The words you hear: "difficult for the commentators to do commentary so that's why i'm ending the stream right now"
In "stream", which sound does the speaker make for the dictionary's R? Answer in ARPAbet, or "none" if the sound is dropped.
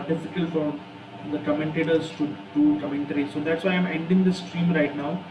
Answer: R